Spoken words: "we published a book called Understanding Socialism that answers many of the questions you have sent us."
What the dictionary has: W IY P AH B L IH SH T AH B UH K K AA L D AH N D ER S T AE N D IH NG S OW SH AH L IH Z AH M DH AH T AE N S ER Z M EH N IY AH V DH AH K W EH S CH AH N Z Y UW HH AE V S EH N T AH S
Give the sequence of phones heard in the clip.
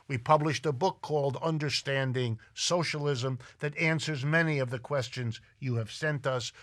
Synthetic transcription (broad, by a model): W IY P AH B L IH SH T AH B UH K K AA L D AH N D ER S T AE N D IH NG S OW SH AH L IH Z AH M DH AH T AE N S ER Z M EH N IY AH V DH AH K W EH S CH AH N Z Y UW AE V S EH N T AH S